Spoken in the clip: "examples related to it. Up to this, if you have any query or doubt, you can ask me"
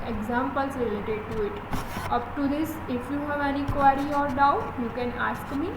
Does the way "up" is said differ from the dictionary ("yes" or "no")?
no